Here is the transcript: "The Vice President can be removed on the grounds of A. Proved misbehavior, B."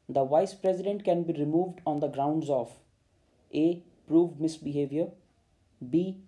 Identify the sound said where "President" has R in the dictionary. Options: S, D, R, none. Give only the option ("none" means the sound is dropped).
R